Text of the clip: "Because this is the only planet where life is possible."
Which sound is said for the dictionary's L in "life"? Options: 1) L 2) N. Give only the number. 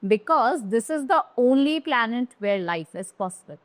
1